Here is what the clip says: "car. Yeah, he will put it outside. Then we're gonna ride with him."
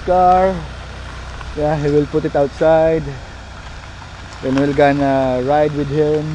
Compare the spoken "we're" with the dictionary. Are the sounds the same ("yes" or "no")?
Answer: no